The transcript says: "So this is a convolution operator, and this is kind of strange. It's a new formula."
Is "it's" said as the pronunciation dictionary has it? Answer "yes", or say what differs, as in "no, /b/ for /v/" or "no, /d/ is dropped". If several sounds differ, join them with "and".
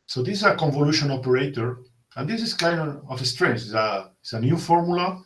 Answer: no, /s/ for /t/